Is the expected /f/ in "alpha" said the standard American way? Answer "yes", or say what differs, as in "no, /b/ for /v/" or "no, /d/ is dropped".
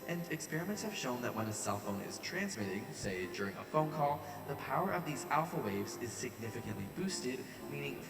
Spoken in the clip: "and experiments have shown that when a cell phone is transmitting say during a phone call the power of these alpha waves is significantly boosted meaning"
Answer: yes